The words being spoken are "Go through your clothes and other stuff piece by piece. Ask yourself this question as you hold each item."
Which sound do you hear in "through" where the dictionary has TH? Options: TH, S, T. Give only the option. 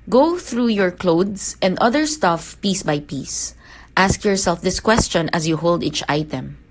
TH